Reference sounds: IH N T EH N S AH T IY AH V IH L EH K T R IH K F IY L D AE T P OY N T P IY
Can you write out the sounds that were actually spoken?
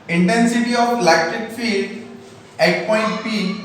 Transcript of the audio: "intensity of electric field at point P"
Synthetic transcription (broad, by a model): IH N T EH N S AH T IY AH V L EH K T IH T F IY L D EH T P OY N T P IY